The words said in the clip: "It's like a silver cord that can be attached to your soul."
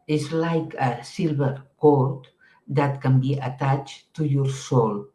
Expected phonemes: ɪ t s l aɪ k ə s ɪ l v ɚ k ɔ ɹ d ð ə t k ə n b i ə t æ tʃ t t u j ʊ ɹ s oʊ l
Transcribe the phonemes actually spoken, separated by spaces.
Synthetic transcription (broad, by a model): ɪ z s l aɪ k ə s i l b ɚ k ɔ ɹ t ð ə t k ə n b i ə t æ tʃ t t u j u ɹ s oʊ l